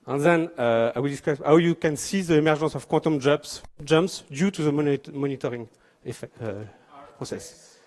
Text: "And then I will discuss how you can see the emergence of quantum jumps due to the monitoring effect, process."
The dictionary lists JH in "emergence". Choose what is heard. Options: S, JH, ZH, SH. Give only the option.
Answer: ZH